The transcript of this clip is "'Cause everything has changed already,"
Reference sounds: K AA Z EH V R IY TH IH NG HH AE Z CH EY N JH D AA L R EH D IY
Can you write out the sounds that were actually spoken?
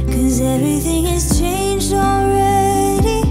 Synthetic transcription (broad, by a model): K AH Z EH V R IY TH IH NG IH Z CH EY N JH D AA L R EH D IY